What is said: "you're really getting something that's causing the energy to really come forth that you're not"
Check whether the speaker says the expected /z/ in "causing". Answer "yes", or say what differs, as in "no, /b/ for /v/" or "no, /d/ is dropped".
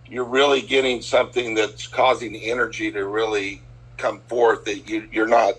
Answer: yes